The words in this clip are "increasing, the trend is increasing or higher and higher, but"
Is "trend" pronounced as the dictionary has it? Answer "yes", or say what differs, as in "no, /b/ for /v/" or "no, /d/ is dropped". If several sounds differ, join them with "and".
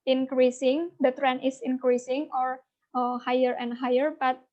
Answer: no, /d/ is dropped